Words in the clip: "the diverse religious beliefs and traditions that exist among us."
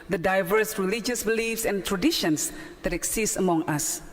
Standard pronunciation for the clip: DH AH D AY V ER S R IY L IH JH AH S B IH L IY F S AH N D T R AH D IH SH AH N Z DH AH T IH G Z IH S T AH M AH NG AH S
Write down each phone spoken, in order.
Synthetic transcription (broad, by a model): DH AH D AY V ER S R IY L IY JH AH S B IH L IY F S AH N T R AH D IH SH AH N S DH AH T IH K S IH S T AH M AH NG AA S